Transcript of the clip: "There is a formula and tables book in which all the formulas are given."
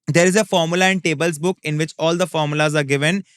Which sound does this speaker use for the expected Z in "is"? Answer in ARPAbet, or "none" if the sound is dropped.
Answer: Z